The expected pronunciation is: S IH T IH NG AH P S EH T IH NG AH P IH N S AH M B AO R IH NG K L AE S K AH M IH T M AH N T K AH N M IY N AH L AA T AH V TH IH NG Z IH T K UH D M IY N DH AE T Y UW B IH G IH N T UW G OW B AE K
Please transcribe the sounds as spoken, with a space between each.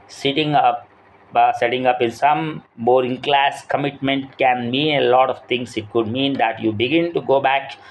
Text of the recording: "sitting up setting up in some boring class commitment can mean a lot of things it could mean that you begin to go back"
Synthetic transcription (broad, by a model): S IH T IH NG AH P S EH T IH NG AH P IH N S AH M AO R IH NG K L AE S K AH M IH T M AH N T K AH N M IY N AH L AA T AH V T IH NG S IH T K UH D M IY N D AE T Y UW B IH G IH N T UW G OW B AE K